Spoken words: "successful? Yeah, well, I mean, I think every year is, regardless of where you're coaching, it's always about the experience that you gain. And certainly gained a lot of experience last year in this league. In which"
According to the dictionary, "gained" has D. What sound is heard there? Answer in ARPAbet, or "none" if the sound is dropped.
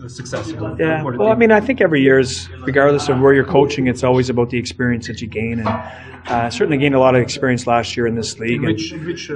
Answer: none